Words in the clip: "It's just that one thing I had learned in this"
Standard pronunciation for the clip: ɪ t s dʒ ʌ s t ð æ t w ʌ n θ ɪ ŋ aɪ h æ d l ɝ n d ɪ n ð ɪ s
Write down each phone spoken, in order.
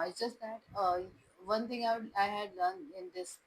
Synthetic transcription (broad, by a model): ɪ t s dʒ ʌ s t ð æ t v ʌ n t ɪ ŋ aɪ h æ d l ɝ n ɪ n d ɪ s